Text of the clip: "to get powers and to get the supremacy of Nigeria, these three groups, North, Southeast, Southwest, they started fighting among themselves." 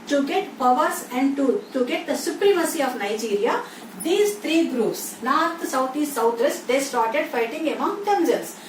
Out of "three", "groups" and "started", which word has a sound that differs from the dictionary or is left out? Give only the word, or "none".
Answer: three